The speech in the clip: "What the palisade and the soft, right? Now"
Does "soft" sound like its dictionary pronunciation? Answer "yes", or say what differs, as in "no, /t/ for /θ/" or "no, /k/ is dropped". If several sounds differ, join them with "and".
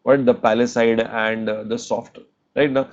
yes